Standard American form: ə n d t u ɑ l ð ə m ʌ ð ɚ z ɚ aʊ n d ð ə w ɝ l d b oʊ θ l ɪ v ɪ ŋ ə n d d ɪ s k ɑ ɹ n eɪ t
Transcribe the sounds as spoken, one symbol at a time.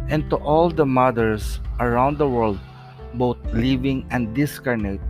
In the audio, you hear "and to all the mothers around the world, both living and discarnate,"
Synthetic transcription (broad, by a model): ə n t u ɑ l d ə m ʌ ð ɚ s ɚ aʊ n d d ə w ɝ l d b oʊ t l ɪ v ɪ ŋ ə n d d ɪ s k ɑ ɹ n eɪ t